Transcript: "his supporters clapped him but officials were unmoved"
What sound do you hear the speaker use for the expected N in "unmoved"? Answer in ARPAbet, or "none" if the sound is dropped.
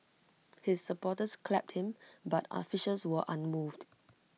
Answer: N